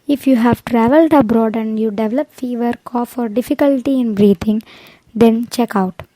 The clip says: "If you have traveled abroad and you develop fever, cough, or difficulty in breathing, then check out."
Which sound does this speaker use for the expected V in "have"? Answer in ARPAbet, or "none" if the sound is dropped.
V